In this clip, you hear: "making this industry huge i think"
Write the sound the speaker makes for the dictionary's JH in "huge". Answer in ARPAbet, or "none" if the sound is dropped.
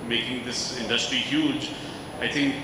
JH